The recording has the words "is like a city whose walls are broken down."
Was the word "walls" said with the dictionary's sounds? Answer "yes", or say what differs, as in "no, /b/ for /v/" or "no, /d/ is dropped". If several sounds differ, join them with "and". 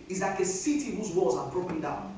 no, /l/ is dropped